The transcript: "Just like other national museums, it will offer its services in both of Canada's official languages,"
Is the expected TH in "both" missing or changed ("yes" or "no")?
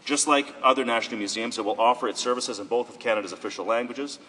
no